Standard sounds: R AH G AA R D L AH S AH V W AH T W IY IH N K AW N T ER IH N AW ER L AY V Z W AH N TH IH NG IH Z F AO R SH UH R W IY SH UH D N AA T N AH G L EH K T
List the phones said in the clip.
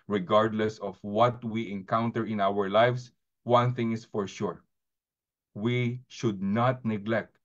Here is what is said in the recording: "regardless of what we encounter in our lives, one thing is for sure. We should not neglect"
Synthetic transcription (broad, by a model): R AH G AA R D L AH S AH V W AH T W IY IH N K AW N T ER IH N AW ER L AY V S W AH N TH IH NG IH S F AO R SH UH R W IY SH UH D N AA T N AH G L EH K T